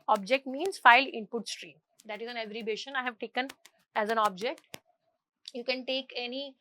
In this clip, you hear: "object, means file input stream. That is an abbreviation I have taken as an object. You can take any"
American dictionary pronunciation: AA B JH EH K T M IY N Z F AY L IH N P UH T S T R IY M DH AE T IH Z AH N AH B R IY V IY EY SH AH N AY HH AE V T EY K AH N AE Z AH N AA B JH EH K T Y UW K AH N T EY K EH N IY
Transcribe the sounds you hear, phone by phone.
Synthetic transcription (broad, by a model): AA B JH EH K T M IY N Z F AY L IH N P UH T S T R IY M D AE T IH Z AH N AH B R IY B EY SH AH N AY HH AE V T EY K AH N AE Z AH N AA B JH EH K T Y UW K AH N T EY K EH N IY